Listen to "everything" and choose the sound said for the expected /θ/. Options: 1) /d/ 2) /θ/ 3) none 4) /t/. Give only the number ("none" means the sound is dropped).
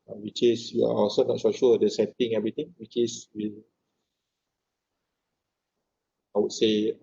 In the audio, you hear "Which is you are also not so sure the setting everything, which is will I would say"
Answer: 4